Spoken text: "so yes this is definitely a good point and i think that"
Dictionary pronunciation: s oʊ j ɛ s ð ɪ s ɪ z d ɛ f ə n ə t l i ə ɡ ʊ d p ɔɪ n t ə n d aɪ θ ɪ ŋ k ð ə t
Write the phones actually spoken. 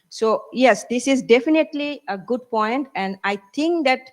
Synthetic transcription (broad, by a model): s oʊ j ɛ s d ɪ s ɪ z d ɛ f ə n ə t l i ə ɡ ʊ d p ɔɪ n t ə n d aɪ t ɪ ŋ k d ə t